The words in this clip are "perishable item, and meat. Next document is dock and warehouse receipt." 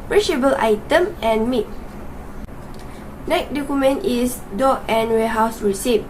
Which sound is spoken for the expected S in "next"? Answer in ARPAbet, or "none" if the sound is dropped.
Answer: none